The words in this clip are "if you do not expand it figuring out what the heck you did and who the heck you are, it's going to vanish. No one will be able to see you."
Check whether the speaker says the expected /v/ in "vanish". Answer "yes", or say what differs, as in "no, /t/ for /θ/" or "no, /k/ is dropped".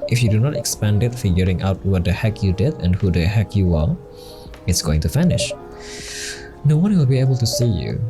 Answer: no, /f/ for /v/